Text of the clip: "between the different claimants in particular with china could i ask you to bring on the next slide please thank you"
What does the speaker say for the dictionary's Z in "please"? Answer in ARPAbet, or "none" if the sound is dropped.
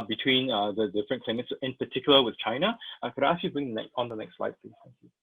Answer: none